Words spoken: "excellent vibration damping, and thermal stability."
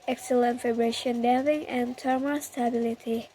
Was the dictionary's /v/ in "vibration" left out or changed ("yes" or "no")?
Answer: yes